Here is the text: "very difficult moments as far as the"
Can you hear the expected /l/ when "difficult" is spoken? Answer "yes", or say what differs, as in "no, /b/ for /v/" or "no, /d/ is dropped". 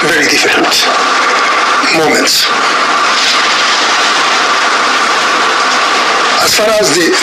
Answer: no, /n/ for /l/